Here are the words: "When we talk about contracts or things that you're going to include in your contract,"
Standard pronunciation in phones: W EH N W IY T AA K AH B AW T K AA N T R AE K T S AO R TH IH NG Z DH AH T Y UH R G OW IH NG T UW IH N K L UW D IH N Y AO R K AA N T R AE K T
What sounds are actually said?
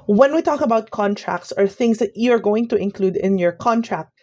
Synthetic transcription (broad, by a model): W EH N W IY T AA K AH B AW T K AA N T R AE K T S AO R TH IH NG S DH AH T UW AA R G OW IH NG T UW IH N K L UW D IH N Y AO R K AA N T R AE K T